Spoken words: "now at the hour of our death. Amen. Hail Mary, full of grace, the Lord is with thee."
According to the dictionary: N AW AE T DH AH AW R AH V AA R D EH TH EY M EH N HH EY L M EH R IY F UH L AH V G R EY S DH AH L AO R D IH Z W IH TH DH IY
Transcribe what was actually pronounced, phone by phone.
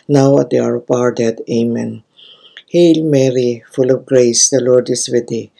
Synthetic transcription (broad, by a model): N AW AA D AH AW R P AA R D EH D EY M EH N HH EY L M EH R IY F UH L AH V G R EY S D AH L AO R D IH S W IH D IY